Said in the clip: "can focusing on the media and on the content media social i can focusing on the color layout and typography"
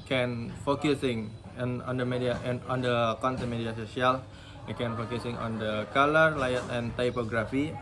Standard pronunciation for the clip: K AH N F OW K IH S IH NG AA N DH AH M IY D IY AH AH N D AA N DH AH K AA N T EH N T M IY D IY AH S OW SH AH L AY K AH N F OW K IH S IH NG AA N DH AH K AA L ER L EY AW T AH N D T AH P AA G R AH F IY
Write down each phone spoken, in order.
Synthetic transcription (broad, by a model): K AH N F OW K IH S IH NG AA N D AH M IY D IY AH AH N AA N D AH K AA N T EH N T M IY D IY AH S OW S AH L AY K AH N F OW K IH S IH NG AA N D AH K AA L ER L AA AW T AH N T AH P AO G R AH F IY